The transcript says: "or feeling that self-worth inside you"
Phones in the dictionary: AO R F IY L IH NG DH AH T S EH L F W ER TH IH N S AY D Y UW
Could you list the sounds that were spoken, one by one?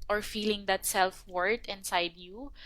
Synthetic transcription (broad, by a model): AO R F IY L IH NG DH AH T S EH L F W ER T IH N S AY D Y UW